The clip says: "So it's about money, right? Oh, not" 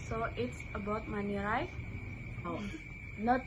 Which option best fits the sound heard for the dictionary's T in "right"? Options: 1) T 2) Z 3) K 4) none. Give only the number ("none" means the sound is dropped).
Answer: 4